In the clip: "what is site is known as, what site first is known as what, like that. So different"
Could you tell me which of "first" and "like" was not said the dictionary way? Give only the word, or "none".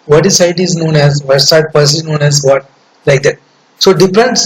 first